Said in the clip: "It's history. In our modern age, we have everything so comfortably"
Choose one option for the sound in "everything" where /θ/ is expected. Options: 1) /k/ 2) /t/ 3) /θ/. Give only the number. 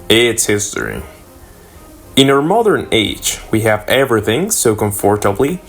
3